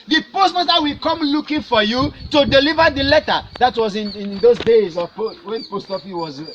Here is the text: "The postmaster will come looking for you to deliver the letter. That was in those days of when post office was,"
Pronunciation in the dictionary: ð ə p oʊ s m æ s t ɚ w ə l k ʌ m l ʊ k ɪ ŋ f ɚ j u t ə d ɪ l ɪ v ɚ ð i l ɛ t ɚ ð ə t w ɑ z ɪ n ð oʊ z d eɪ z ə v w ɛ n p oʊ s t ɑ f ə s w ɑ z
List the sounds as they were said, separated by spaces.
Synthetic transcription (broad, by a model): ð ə p oʊ s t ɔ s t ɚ w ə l k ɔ m l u k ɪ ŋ f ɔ j u t ə d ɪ l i v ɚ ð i l ɛ t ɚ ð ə t w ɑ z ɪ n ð oʊ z d eɪ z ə p w ɛ n p oʊ s t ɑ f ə w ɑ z